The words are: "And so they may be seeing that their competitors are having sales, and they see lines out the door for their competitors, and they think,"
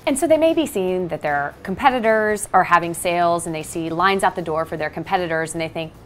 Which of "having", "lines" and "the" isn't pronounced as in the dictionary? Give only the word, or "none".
none